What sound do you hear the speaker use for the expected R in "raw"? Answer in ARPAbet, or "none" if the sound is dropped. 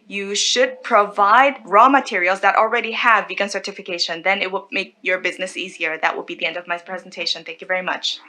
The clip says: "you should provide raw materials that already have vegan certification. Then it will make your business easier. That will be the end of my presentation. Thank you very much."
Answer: R